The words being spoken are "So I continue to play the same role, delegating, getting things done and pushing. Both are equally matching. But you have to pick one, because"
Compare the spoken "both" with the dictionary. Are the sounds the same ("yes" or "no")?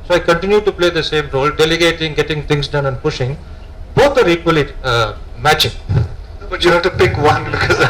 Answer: no